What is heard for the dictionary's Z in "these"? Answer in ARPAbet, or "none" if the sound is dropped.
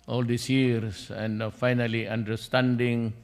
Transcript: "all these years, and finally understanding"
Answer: S